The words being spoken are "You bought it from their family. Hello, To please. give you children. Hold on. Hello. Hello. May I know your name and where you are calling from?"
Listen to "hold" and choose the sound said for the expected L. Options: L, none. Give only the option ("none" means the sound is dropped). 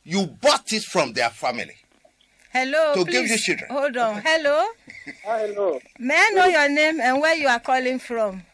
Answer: none